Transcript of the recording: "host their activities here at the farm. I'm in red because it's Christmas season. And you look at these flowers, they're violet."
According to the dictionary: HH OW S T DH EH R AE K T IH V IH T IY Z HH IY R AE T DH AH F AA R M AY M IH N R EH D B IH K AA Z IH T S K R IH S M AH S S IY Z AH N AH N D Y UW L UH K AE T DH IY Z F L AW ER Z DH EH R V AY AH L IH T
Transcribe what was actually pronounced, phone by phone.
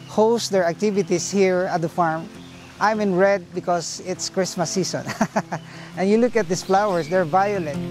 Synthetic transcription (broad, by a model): HH OW S T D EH R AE K T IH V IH T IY S HH IY R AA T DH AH F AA R M AY M IH N R EH D B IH K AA S IH T S K R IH S M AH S S IY S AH N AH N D Y UW L UH K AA T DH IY S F L AW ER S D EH R V AY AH L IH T